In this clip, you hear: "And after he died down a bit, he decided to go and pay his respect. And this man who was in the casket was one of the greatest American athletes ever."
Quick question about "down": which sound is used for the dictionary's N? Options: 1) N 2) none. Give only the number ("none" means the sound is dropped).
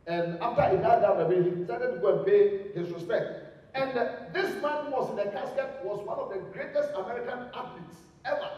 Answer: 2